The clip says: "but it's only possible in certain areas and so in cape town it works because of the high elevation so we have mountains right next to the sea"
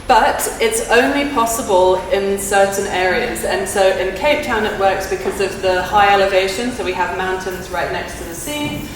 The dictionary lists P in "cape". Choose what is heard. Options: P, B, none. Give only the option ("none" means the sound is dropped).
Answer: P